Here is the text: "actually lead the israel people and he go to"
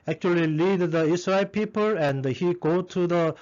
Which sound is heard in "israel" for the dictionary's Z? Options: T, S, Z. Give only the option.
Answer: S